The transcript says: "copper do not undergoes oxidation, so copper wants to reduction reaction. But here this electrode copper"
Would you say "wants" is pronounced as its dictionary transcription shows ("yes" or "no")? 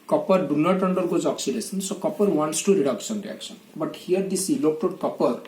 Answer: yes